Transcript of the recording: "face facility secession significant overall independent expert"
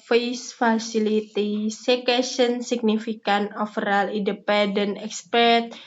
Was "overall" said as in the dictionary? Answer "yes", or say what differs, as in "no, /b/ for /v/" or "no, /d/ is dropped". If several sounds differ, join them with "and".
no, /f/ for /v/